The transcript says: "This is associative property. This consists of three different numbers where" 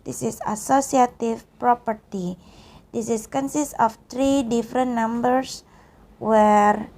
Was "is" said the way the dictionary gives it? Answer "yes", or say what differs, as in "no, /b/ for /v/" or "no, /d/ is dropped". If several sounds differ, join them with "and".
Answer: no, /s/ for /z/